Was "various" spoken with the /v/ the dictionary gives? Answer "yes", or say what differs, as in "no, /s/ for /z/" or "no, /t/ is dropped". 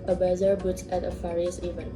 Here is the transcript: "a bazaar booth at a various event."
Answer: no, /f/ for /v/